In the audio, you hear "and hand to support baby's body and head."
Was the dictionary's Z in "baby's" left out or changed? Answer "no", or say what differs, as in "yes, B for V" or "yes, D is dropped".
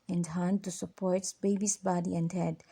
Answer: yes, S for Z